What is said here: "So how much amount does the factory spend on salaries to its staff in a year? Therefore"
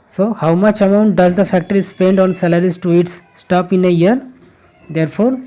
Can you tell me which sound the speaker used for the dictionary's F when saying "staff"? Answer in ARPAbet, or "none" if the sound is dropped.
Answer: P